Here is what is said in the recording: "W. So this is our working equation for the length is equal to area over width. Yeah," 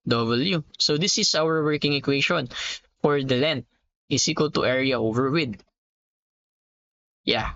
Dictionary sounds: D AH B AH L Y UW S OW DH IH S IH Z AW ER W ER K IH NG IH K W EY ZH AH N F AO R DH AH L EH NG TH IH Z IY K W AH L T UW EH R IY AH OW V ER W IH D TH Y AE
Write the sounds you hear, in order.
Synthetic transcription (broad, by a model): D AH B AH L Y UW S OW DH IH S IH S AW ER W ER K IH NG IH K W EY SH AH N F AO R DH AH L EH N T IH S IY K W AH L T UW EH R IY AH OW V ER W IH D Y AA